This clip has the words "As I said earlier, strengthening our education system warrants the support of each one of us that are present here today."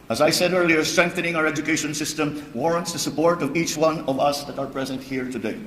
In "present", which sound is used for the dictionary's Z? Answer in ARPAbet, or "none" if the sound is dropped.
Z